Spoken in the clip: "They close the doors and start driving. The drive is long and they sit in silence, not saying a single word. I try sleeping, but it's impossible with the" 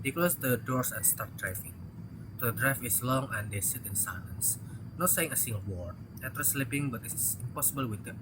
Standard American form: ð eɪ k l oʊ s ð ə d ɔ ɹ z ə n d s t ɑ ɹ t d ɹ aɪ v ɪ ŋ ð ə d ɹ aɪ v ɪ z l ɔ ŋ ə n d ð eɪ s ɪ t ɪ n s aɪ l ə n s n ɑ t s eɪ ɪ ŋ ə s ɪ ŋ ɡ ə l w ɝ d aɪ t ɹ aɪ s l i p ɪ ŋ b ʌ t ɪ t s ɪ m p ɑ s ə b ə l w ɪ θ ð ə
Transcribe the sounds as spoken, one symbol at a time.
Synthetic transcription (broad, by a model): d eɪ k l oʊ s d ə d ɔ ɹ s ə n s t ɑ ɹ t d ɹ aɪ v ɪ ŋ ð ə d ɹ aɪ f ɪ s l ɔ ŋ ə n d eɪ s ɪ t ɪ n s aɪ l ə n s n ɑ t s eɪ ɪ ŋ ə s ɪ ŋ ɡ ə l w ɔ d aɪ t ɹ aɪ s l i p ɪ ŋ b ʌ t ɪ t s ɪ m p ɑ s ə b ə l w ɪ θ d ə